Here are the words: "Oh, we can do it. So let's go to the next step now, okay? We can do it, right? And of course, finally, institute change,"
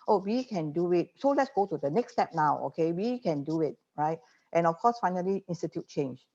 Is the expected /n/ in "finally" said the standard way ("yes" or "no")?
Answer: yes